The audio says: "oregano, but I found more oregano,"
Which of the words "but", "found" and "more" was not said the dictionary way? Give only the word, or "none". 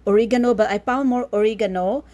found